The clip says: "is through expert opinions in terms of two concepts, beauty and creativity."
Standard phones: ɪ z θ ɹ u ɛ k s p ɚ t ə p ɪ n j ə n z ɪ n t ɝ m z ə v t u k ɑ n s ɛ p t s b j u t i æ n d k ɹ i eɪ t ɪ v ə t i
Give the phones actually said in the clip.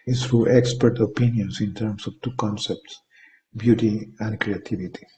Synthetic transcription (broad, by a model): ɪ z t ɹ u ɛ k s p ɚ t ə p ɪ n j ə n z ɪ n t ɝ m s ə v t u k ɑ n s ɛ p t s b j u t i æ n d k ɹ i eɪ t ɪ v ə t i